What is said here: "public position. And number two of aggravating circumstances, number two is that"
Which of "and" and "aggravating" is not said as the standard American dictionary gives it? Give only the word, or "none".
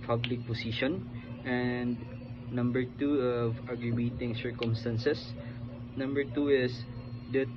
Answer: aggravating